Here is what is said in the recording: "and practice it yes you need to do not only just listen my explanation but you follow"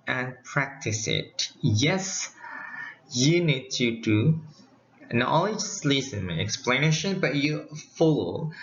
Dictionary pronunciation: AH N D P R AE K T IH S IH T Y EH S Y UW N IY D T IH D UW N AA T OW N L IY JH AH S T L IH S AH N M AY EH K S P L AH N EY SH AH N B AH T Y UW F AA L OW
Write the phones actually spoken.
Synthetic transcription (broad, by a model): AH N P R AE K T IH S IH T Y EH S Y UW N IY D T IH D UW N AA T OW L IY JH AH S L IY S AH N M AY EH K S P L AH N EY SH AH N B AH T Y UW F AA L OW